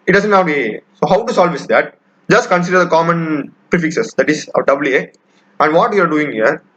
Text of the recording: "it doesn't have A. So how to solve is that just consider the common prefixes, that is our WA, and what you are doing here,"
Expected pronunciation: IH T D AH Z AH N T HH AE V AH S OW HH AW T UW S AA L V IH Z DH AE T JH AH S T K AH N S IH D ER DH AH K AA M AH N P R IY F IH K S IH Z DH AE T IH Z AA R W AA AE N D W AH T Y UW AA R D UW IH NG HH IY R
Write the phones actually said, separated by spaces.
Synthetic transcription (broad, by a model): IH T D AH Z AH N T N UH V AH S OW HH AW T UW S AA L V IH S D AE T JH AH S T K AH N S IH D ER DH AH K AA M AH N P R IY F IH K S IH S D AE T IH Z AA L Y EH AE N D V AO T Y UW AA R D UW IH NG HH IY R